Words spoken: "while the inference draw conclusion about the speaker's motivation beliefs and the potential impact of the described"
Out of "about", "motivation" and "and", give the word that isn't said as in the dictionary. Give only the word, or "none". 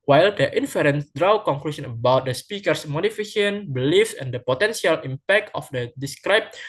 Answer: motivation